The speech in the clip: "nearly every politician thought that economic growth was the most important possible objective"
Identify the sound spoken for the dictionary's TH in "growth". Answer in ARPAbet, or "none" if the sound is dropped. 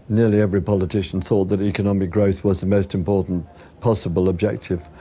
TH